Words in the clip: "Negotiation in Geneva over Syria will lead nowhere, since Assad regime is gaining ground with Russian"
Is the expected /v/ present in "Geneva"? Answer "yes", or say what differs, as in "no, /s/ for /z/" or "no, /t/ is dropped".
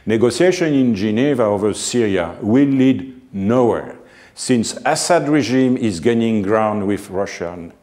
yes